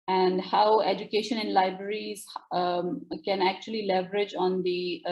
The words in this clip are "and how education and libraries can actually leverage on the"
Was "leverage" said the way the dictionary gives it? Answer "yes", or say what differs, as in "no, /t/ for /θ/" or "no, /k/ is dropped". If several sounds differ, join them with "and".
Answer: yes